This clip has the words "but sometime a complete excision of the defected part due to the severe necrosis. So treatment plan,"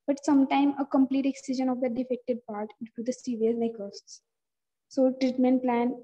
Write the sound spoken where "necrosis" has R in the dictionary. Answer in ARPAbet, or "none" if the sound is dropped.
none